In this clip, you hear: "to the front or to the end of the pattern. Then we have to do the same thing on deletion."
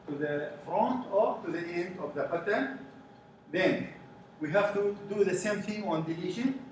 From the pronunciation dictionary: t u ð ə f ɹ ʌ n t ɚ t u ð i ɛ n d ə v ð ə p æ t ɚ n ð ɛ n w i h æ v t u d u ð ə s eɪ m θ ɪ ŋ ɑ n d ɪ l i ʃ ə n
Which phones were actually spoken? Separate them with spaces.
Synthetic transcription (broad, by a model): t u ð ə f ɹ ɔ n t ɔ t u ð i ɛ n d ə v ð ə b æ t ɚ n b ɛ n w i h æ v t u d u ð ə s eɪ m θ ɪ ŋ ɑ n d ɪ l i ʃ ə n